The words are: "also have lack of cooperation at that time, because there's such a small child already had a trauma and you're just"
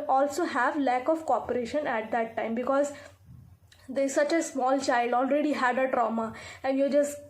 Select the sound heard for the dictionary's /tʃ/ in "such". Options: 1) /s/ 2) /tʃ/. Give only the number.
2